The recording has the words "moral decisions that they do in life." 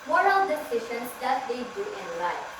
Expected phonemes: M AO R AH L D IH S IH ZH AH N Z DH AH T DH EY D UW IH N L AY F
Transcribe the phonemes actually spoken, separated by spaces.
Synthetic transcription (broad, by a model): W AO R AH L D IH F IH SH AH N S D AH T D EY D UW IH N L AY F